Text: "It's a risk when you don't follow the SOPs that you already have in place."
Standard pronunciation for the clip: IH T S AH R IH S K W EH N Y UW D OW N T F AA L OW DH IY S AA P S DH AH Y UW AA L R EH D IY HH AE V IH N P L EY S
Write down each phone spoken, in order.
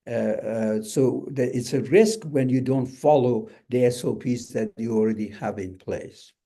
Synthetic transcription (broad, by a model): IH T S AH R IH S K W EH N Y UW D OW N T F AA L OW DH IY S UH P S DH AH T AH AA L R EH D IY HH AE V IH N P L EY S